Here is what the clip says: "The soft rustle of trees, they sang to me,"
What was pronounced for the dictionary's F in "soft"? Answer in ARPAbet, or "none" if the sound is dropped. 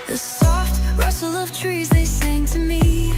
F